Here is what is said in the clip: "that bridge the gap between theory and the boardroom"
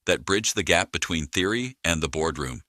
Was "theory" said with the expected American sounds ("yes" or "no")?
yes